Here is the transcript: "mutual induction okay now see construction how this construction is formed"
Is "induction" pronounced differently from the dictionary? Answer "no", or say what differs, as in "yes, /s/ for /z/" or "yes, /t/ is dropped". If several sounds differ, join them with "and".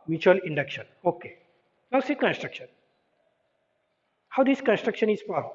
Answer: no